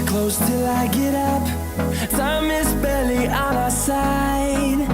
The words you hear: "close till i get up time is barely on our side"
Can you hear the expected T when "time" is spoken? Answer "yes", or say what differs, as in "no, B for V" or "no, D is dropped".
no, S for T